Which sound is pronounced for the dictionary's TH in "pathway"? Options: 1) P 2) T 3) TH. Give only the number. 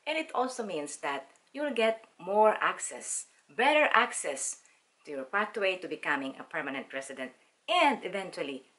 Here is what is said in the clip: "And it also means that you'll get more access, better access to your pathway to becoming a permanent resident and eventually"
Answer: 2